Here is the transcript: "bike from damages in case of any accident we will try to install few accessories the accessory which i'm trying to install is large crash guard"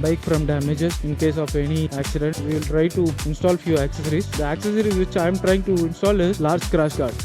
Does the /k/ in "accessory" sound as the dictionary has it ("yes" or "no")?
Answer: yes